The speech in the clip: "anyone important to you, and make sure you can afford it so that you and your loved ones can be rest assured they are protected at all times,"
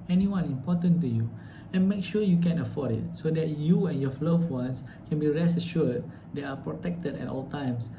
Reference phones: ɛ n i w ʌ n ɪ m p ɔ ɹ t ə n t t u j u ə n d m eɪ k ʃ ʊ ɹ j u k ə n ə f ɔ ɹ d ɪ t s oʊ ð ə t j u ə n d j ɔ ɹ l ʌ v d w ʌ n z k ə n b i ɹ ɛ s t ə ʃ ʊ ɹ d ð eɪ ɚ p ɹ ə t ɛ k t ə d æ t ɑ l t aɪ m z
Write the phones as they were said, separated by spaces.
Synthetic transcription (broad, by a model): ɛ n i w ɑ n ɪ m p ɔ t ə n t t u j u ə n m eɪ k ʃ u j u k ə n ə f ɔ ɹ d ɪ t s oʊ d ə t j u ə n j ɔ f l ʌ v w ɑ n s k ə n b i ɹ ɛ s ə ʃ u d d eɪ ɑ p ɹ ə t ɛ k t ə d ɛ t ɑ l t aɪ m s